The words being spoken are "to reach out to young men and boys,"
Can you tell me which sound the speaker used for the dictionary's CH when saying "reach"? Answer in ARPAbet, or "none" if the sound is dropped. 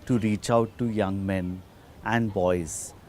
CH